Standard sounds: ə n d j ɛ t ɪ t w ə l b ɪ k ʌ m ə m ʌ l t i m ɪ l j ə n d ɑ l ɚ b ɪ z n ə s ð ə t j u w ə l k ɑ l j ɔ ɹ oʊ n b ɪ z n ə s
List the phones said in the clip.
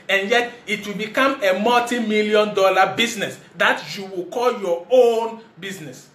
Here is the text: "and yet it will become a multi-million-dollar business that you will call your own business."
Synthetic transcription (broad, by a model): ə n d j ɛ t ɪ t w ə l b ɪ k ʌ m ə m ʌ t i m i l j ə n d ɑ l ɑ b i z n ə s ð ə t j u w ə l k ɑ l j ɔ oʊ n b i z n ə s